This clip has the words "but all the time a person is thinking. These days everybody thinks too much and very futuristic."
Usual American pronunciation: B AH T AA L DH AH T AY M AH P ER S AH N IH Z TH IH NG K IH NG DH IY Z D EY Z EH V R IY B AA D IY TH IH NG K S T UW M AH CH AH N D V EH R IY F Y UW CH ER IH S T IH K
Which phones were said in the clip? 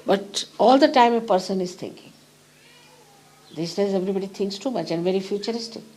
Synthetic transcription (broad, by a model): B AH T AA L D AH T AY M AH P ER S AH N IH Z T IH NG K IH NG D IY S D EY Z EH V R IY B AA D IY T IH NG K S T UW M AH CH AH N D V EH R IY F Y UW CH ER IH S T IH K